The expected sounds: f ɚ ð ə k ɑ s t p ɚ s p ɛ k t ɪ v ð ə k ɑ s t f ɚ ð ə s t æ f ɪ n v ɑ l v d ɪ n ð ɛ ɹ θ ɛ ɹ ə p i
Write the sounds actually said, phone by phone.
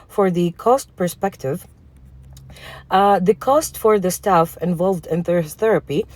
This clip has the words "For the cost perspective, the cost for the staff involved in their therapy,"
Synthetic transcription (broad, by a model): f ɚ ð ə k ɑ s t p ɚ s p ɛ k t ɪ v ð ə k ɑ s t f ɚ ð ə s t æ f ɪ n v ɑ l v d ɪ n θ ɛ ɹ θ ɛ ɹ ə p i